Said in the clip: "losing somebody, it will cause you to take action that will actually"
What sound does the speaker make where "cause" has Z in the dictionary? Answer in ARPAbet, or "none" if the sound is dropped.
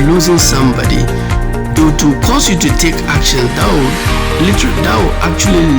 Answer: S